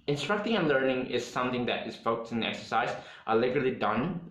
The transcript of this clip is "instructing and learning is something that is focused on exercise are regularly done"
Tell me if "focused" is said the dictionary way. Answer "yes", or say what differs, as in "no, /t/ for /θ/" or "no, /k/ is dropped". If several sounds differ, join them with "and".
no, /t/ is dropped